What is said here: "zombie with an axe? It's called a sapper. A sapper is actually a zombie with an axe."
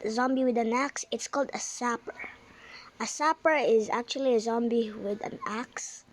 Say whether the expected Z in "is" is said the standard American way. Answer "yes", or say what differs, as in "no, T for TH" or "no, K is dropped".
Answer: yes